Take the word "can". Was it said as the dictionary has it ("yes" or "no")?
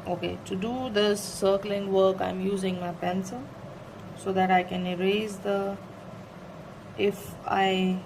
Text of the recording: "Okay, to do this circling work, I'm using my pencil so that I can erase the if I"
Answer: yes